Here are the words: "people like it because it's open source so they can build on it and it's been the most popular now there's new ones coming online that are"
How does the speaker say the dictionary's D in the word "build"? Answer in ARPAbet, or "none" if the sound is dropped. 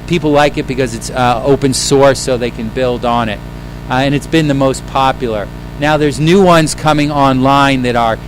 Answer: D